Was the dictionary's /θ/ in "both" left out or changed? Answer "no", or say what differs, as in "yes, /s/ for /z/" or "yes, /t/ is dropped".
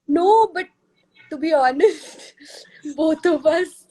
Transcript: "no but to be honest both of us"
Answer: yes, /t/ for /θ/